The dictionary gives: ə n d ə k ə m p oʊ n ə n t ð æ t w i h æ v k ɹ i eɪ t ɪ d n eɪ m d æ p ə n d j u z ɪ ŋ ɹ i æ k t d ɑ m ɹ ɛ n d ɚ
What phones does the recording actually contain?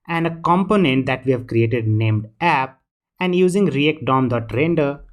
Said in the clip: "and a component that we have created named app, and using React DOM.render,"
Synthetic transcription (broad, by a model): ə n d ə k ə m p oʊ n ə n t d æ t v i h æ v k ɹ i eɪ t ɪ d n eɪ m d æ p ə n d j u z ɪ ŋ ɹ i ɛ k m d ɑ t ɹ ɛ n d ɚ